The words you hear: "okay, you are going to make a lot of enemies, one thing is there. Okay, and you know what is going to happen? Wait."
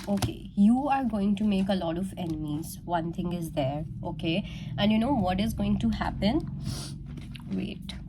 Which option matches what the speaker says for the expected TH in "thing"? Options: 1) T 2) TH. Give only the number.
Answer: 1